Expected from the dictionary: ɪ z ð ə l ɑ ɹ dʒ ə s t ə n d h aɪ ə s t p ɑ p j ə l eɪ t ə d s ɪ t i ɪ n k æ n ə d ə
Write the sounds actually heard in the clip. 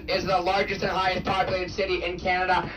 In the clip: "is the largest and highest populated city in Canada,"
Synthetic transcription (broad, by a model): ɪ z ð ə l ɑ ɹ dʒ ə s t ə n h aɪ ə s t p ɑ p j l eɪ t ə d s ɪ t i ɪ n k æ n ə d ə